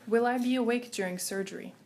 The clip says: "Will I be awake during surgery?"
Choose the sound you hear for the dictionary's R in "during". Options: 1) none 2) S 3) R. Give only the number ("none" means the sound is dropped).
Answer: 3